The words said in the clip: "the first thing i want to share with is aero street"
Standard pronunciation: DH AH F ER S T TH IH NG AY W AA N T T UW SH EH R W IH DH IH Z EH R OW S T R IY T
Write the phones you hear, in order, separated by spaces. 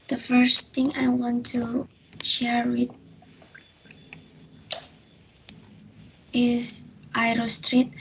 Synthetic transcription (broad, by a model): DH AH F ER S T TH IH NG AY W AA N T T UW SH EH R W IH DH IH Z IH R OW S T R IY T